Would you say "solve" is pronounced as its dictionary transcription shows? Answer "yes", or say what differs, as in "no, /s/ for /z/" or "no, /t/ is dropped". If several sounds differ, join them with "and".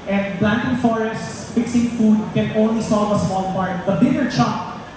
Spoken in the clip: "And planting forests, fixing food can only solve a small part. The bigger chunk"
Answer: no, /l/ is dropped